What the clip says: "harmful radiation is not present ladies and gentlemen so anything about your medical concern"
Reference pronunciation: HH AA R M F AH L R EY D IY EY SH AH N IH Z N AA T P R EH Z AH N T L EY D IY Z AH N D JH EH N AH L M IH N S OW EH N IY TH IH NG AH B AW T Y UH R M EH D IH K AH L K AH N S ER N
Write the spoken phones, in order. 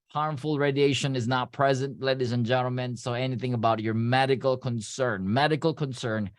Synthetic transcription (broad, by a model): HH AA R M F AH L R EY D IY EY SH AH N IH Z N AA T P R EH Z AH N T L EY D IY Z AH N JH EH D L M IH N S OW EH N IY TH IH NG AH B AW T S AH R M EH D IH K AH L K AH N S ER N